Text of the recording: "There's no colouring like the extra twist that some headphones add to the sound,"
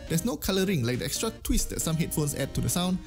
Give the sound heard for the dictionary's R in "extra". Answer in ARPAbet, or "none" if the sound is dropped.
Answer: R